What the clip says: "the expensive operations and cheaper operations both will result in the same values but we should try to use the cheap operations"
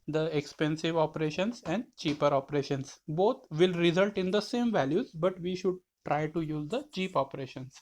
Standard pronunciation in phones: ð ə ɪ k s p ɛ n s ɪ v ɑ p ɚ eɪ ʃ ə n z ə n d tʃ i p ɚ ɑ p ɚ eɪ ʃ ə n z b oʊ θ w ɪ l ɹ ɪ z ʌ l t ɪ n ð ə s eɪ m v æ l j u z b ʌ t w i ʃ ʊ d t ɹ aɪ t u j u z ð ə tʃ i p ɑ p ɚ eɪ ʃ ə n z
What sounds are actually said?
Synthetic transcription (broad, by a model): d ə ɪ k s p ɛ n s ɪ v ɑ p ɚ eɪ ʃ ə n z ə n d tʃ i p ɚ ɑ p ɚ eɪ ʃ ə n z b oʊ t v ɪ l ɹ ɪ z ʌ l t ɪ n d ə s eɪ m v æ l j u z b ʌ t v i ʃ ʊ d t ɹ aɪ t u j u z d ə tʃ i p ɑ p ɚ eɪ ʃ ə n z